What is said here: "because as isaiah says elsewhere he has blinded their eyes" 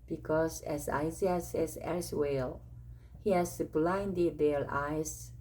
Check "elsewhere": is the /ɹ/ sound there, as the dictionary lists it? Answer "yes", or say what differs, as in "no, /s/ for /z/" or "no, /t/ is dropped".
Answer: no, /l/ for /ɹ/